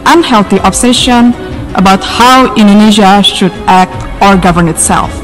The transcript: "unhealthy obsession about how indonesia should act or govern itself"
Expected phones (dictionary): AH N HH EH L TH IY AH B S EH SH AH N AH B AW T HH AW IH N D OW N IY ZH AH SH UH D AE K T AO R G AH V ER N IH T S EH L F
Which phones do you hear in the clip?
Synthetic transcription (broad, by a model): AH N HH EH L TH IY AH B S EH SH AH N AH B AW T HH AW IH N D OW N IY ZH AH SH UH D AE K T AO R G AH V ER N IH T S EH L F